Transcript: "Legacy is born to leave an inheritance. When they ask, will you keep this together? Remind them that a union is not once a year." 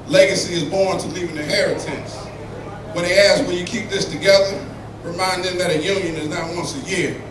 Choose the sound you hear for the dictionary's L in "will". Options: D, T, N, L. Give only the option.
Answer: N